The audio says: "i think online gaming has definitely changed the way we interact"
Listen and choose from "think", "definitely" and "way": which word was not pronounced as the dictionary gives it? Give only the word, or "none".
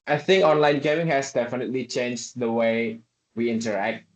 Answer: none